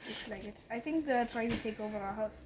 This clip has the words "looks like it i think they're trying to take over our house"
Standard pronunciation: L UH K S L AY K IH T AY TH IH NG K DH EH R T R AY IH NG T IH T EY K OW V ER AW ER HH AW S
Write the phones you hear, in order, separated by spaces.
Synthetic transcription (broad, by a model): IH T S L AY K IH T AY TH IH NG K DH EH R T R AY IH NG T IH T EY K OW V ER AW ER HH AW S